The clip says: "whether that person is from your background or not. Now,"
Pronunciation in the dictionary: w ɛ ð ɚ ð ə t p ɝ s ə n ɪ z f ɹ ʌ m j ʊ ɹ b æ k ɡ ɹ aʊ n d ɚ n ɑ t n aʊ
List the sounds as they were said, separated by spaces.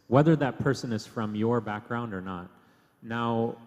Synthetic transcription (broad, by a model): w ɛ ð ɚ ð ə t p ɝ s ə n ɪ z f ɹ ʌ m j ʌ ɹ b æ k ɡ ɹ aʊ n d ɚ n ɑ t n aʊ